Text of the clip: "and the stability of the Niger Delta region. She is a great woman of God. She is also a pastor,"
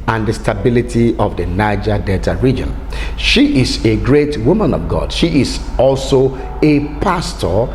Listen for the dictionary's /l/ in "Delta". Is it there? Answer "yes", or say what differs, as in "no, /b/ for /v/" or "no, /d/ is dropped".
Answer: no, /l/ is dropped